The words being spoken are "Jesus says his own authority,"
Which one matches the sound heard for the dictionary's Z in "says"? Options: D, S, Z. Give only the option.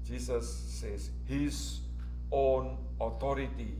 S